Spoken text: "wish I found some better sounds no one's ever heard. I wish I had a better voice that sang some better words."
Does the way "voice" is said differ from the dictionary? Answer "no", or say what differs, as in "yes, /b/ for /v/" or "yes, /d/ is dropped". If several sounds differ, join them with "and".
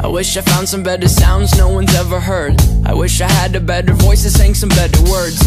no